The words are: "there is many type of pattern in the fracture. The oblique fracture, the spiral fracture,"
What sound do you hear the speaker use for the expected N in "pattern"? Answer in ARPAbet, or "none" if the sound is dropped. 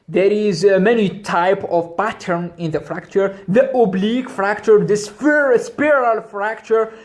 N